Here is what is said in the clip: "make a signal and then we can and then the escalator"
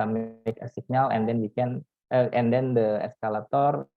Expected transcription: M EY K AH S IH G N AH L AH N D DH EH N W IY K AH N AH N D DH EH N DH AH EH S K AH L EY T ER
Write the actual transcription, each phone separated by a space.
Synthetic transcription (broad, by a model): M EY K AH S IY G N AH L AH N D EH N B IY K AH N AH N D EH N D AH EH S K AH L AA T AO